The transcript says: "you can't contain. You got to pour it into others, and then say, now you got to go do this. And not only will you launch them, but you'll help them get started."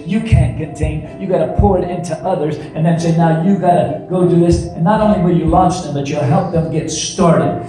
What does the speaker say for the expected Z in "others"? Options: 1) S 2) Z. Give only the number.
2